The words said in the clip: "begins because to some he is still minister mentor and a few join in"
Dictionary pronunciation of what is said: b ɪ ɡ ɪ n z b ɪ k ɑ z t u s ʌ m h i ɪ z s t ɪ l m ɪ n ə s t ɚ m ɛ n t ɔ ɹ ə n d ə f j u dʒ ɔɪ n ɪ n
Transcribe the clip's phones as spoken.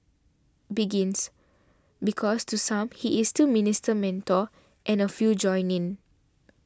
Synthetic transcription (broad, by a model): b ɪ ɡ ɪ n s b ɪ k ɑ s t u s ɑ m h i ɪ s t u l m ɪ n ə s t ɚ m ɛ n t ɔ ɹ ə n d ə f j u dʒ ɔɪ n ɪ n